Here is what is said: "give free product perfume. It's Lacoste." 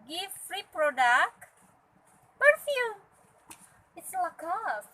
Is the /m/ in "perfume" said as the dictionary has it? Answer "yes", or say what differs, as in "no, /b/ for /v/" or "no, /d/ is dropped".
no, /m/ is dropped